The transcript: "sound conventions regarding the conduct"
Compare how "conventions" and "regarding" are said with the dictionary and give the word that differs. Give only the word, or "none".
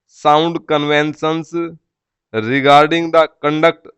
conventions